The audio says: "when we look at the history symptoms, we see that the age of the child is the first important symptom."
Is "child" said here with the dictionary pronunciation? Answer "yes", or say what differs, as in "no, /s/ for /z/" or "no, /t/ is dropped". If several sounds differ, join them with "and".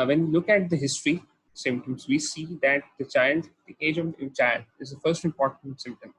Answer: no, /d/ is dropped